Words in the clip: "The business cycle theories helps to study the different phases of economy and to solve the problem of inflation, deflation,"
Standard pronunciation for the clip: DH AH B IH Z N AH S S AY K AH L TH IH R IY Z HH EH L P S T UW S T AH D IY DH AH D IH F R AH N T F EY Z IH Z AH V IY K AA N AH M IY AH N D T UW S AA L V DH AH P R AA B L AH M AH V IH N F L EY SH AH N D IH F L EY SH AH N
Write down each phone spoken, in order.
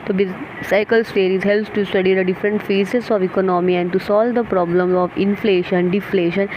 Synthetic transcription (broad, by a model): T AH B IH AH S S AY K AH L T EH R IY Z HH EH L P S T UW S T AH D IY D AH D IH F R AH N T F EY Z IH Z AH V IY K AA N AH M IY AH N D T UW S AA L V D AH P R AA B L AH M AH V IH N F L EY SH AH N D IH F L EY SH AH N